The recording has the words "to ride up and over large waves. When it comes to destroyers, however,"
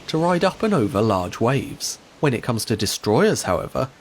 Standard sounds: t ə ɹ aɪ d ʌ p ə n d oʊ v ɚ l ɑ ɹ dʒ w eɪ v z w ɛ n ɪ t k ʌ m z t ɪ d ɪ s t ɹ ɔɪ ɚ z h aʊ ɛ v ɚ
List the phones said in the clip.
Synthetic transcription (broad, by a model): t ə ɹ aɪ d ʌ p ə n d oʊ v ɚ l ɑ ɹ dʒ w eɪ v z w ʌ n ɪ t k ʌ m z t ɪ d ɪ s t ɹ ɔɪ ɚ z h aʊ ɛ v ɚ